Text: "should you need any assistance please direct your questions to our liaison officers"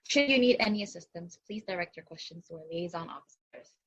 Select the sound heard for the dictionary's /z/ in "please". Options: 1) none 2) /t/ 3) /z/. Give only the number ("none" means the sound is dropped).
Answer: 3